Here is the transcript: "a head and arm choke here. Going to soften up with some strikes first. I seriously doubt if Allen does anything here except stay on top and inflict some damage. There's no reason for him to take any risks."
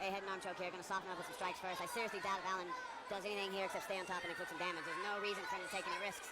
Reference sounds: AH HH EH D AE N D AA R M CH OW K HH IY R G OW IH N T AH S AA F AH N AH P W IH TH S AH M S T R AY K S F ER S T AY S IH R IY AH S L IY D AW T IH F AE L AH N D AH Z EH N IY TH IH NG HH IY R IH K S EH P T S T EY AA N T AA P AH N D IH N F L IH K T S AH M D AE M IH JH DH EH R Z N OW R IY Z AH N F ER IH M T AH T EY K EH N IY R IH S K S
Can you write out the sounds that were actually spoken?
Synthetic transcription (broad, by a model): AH HH EH D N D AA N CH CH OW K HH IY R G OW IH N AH S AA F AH AH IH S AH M S T R AY K S F ER S T AY S IH R IY AH S L IY D AW T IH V AE L AH N D AH Z EH N IY TH IH NG HH IY R IH K S EH P T S T EY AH N T AA P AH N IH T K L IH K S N D AE M IH JH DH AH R Z N OW R IY Z AH N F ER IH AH T EY K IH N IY R IH S K S